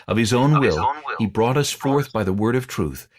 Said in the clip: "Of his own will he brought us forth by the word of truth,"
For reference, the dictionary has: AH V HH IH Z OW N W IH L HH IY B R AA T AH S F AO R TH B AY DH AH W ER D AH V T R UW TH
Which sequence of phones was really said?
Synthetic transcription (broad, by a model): AH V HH IH Z OW N W IH L HH IY B R AA T AH S F AO R TH B AY DH AH W ER D AH V T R UW TH